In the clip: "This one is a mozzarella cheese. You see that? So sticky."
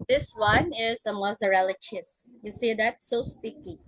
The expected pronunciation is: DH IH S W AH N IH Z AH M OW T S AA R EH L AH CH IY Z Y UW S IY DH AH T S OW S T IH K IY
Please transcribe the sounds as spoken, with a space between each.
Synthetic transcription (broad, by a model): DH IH S W AH N IH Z AH M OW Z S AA R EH L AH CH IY S Y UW S IY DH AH T S OW S T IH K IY